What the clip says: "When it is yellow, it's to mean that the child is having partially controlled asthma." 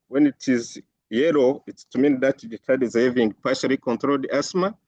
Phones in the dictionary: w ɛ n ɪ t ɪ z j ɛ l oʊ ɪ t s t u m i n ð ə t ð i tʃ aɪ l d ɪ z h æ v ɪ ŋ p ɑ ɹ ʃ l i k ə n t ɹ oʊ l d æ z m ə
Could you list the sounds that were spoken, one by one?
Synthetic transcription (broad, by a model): w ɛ n ɪ t ɪ z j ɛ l oʊ ɪ t s t u m i n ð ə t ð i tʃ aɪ d ɪ z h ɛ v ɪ ŋ p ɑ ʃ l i k ə n t ɹ oʊ l d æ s m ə